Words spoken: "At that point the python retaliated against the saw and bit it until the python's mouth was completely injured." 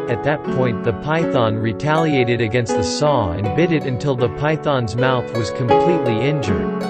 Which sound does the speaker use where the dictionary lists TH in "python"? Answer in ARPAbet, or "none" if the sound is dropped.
TH